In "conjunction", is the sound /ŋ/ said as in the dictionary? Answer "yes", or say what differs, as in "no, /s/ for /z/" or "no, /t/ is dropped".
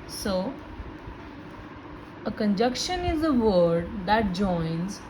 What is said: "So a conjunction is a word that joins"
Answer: no, /ŋ/ is dropped